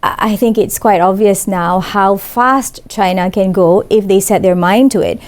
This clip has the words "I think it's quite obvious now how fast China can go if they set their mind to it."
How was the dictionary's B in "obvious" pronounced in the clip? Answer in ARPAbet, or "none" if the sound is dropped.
B